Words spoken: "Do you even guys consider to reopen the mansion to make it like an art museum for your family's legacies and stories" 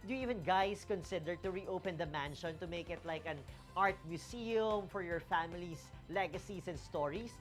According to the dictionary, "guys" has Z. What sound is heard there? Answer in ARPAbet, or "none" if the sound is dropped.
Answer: S